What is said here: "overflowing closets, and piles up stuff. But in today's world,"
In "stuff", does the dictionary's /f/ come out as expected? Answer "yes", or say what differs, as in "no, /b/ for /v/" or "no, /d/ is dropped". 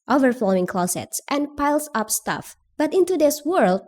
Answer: yes